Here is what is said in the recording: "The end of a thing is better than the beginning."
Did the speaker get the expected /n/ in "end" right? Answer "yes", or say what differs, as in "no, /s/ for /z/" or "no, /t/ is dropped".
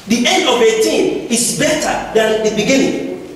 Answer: yes